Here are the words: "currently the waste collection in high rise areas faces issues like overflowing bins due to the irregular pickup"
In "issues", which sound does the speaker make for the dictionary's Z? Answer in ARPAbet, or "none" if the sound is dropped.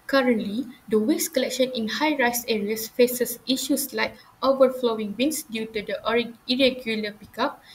S